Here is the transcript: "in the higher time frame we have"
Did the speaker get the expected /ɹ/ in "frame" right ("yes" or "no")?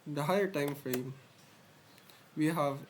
yes